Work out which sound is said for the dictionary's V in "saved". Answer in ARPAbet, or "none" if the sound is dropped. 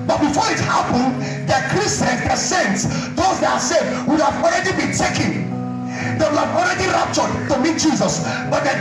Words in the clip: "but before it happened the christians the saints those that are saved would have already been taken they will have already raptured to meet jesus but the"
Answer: none